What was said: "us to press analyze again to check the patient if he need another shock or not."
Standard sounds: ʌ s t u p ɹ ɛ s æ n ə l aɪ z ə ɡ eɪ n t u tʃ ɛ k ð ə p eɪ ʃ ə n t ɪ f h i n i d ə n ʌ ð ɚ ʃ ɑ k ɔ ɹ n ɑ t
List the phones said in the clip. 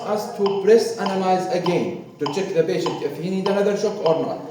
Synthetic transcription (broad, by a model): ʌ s t u p ɹ ɛ s æ n ə l aɪ z ə ɡ eɪ n t u tʃ ɛ k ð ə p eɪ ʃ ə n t ɪ f h i n i d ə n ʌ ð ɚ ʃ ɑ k ɔ ɹ n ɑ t